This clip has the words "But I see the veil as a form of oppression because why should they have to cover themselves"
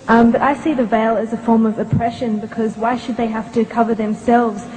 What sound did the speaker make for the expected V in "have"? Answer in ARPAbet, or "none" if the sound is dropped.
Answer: F